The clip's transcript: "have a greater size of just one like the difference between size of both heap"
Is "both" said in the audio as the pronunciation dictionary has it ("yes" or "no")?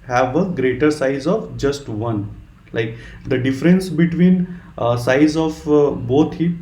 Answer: no